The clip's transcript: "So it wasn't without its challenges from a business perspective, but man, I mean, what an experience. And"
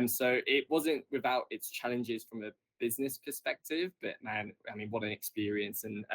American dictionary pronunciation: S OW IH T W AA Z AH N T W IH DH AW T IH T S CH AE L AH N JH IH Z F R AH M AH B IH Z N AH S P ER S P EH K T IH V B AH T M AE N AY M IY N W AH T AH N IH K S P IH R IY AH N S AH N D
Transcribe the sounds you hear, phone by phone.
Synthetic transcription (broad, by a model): S OW IH T W AA Z AH N T W IH DH AW T IH T S CH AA L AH N JH IH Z F R AH M AH B IH Z N AH S P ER S P EH K T IH V B AH T M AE N AY M IY N W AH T AH N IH K S P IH R IY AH N S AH N